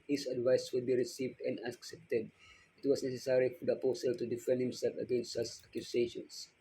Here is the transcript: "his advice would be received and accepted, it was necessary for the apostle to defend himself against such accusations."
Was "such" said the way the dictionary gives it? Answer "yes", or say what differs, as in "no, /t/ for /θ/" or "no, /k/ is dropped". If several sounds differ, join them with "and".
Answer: no, /s/ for /tʃ/